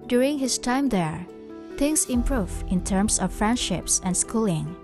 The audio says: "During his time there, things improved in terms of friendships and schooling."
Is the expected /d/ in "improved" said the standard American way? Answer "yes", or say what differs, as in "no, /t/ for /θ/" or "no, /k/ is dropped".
no, /d/ is dropped